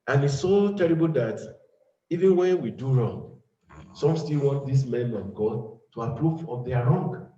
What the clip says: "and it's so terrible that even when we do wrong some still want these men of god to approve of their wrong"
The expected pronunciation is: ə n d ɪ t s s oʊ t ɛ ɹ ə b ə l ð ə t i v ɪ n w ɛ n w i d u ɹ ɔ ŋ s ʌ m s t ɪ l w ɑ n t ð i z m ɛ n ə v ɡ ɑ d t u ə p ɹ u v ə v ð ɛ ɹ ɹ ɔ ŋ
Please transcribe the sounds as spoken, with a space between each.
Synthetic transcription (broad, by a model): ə n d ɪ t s s oʊ t ɛ ɹ ə b ə l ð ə t i v ɪ n w ɛ n w i d u ɹ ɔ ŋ s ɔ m s t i l w ɑ n t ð i s m ɛ n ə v ɡ ɑ d t u ə p ɹ u v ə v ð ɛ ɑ ɹ ɔ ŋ